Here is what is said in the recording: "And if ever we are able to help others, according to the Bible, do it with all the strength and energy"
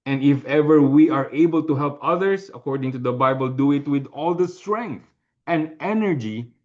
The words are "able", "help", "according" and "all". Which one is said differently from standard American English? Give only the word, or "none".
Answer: none